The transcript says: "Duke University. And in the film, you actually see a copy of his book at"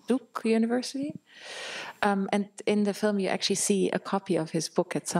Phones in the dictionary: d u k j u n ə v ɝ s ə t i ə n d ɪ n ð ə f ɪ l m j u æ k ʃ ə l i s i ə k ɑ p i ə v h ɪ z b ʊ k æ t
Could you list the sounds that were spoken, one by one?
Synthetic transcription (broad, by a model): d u k j u n ə v ɝ s ə t i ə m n ɪ n ð ə f ɪ l m j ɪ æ k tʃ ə l i s i ə k ɑ p i ə v h ɪ z b ʊ k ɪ t